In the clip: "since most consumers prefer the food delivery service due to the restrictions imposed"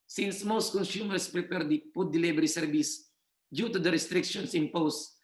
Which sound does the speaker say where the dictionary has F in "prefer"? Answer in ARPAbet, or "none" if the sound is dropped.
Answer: P